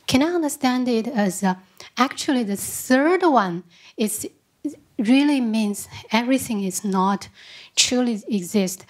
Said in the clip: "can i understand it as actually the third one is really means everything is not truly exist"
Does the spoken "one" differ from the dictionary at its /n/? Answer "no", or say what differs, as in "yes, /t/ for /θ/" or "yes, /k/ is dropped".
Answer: no